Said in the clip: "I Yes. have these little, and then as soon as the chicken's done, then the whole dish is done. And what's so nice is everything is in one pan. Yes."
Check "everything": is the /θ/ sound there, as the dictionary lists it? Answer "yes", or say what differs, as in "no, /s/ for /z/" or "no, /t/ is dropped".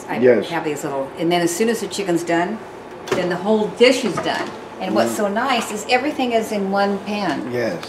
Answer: yes